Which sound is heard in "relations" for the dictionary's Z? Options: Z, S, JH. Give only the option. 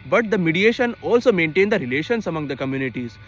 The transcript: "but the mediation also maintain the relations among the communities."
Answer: S